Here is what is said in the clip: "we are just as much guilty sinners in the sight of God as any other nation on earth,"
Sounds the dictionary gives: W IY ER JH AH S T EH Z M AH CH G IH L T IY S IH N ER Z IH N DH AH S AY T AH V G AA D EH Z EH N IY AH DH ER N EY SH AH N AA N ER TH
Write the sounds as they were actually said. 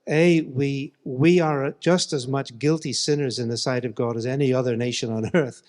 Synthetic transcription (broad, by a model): W IY ER JH AH S T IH Z M AH CH G IH L T IY S IH N ER Z IH N DH AH S AY T AH V G AA D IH Z EH N IY AH DH ER N EY SH AH N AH N ER TH